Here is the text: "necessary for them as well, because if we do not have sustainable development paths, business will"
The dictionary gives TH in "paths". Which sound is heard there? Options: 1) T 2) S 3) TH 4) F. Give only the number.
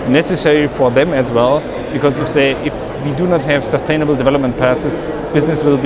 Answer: 2